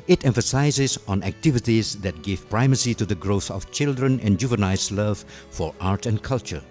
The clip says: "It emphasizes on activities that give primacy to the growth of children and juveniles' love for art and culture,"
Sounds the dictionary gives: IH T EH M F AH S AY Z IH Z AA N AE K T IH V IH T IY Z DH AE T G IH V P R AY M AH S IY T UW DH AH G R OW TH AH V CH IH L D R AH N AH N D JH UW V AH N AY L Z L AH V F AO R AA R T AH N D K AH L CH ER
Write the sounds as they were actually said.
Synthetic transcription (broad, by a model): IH T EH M F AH S AY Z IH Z AA N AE K T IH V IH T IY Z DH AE T G IH V P R AY M AH S IY T UW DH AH G R OW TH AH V CH IH L D R AH N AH N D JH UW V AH N AY Z L AH V F AO R AA R T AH N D K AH L CH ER